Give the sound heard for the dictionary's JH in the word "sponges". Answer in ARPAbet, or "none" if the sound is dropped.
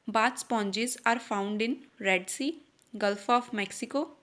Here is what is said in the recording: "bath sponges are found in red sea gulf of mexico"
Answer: CH